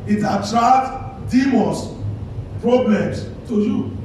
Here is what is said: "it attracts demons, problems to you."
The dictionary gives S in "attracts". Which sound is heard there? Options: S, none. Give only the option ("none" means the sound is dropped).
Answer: none